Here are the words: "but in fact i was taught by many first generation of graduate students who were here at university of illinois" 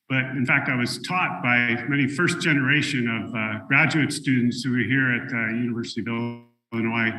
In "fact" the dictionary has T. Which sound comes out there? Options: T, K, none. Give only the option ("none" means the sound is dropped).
T